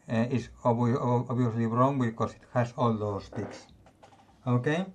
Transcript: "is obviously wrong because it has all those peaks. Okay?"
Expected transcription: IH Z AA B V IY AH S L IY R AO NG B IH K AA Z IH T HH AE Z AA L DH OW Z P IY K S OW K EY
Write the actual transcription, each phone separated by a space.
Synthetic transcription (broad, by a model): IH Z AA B B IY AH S L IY R AO NG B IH K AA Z IH T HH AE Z AA L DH OW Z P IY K S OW K EY